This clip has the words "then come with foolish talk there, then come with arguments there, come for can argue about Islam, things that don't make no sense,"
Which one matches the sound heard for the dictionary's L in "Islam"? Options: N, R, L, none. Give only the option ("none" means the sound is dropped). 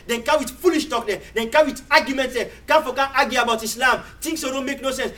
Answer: L